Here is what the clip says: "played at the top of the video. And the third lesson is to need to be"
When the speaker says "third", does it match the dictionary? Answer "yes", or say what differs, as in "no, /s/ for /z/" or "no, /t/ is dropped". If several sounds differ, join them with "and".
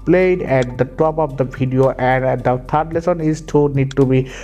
no, /t/ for /θ/